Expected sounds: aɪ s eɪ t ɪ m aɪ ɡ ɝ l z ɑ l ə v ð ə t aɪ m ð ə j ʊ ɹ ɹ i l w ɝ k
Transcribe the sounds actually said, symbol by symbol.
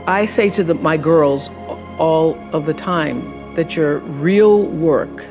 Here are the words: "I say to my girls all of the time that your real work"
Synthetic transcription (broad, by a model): aɪ s eɪ t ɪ m aɪ ɡ ɝ l z ɑ l ə v ð ə t aɪ m ð ə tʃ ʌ ɹ ɹ i l w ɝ k